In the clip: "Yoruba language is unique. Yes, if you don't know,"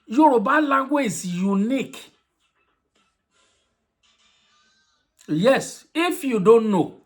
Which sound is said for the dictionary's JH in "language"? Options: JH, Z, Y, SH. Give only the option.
Z